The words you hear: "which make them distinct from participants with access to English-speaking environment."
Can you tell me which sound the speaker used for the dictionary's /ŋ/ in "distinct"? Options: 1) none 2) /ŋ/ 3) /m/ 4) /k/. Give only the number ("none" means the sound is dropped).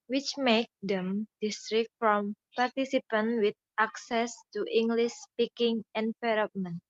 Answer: 1